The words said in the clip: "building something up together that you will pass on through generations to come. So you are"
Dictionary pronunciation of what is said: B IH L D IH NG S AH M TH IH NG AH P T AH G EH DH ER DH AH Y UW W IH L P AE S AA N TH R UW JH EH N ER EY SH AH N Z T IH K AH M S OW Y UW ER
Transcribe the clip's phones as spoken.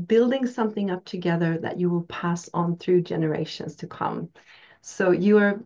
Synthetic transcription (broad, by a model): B IH L D IH NG S AH M TH IH NG AH P T AH G EH DH ER DH AH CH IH W IH L P AE S N TH R UW JH EH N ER EY SH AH N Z T IH K AH M S OW Y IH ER